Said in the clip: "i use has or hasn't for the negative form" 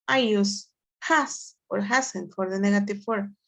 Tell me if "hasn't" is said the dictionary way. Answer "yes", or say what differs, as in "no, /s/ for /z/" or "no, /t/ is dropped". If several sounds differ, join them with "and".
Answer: no, /s/ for /z/